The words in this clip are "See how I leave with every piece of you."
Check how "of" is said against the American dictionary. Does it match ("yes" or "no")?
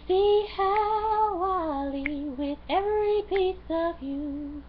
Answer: yes